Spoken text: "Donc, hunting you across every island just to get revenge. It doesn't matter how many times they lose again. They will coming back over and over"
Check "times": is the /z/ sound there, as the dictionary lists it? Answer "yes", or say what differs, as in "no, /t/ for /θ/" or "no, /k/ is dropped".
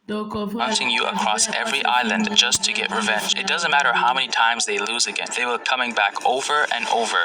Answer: yes